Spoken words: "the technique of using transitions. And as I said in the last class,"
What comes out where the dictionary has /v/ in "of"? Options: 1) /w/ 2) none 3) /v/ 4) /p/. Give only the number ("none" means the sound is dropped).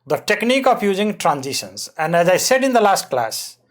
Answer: 4